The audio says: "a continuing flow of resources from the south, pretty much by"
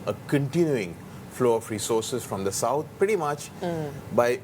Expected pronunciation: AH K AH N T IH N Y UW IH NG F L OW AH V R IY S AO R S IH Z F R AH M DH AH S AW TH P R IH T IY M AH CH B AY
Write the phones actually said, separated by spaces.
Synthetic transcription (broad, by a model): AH K AH N T IH N Y UW IH NG F L OW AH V R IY S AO R S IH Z F R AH M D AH S AW T P R IH T IY M AH CH B AY